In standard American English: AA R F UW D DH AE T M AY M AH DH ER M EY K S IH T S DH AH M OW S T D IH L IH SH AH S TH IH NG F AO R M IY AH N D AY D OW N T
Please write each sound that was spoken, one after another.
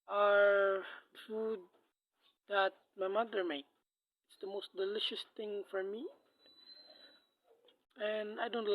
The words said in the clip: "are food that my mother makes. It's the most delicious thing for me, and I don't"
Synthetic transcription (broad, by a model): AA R F UW D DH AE T M AY M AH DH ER M EY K IH T S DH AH M OW S T D IH L IH SH AH S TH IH NG F AO R M IY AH N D AY D OW N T